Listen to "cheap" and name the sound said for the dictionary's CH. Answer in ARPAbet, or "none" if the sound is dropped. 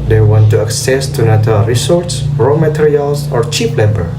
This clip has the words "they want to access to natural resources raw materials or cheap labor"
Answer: CH